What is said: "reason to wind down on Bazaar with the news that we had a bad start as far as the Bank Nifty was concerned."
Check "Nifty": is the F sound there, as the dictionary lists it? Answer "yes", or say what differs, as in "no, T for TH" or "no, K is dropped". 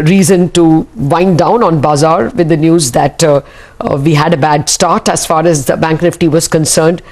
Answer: yes